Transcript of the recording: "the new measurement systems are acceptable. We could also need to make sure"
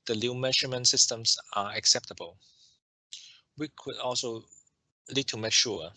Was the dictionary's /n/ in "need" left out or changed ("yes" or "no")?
yes